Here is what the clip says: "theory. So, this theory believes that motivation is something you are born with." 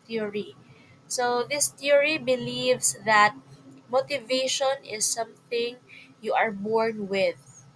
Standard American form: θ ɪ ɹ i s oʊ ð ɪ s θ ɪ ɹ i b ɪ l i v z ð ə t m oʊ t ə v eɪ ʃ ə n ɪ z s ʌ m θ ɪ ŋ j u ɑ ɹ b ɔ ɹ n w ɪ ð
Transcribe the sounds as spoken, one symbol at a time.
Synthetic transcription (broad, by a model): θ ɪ ɹ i s oʊ ð ɪ s t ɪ ɹ i b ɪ l i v s ð ə t m oʊ t ə v eɪ ʃ ə n ɪ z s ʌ m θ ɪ ŋ j u ɑ ɹ b ɔ ɹ n w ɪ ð